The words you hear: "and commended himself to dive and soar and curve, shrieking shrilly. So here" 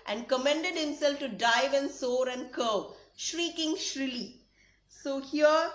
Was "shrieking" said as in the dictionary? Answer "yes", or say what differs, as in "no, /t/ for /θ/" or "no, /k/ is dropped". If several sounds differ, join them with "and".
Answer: yes